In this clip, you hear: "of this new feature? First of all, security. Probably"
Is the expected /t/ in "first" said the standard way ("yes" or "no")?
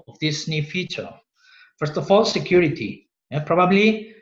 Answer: yes